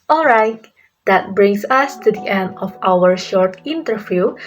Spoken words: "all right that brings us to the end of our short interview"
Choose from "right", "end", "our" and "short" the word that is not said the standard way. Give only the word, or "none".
none